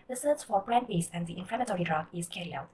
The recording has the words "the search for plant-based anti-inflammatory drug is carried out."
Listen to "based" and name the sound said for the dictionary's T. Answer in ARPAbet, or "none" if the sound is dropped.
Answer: none